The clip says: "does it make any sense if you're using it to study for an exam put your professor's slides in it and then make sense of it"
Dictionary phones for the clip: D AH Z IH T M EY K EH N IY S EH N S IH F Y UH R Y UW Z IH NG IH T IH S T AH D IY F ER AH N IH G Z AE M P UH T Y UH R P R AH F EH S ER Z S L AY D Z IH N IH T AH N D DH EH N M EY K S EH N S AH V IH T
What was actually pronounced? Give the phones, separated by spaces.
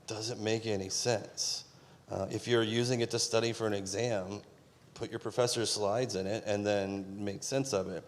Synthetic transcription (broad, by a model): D AH Z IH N M EY K EH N IY S EH N S IH F Y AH R Y UW Z IH NG IH T IH S T AH D IY F ER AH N IH G Z AE M P UH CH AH R P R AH F EH S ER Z S L AY D Z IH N IH T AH N DH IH N M EY K S EH N S AH V IH T